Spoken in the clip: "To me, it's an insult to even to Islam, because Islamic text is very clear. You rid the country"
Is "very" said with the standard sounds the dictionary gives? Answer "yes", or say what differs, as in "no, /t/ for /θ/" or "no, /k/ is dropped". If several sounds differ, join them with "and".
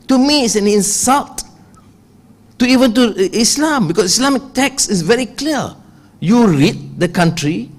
yes